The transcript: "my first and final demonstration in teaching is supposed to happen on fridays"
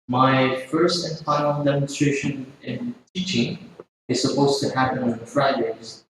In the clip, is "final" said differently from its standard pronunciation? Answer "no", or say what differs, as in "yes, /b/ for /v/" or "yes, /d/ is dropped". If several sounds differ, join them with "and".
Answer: yes, /n/ is dropped